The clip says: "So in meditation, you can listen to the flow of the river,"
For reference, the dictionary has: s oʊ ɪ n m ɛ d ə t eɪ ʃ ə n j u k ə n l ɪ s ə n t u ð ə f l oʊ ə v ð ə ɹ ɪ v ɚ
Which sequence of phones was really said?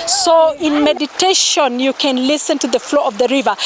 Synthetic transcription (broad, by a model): s oʊ ɪ n m ɛ d ə t eɪ ʃ ə n j u k ə n l ɪ s ə n t u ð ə f l oʊ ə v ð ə ɹ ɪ v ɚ